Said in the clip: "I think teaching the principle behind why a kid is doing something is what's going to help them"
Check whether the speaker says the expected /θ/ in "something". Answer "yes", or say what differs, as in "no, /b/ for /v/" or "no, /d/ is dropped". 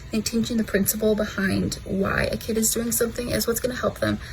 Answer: yes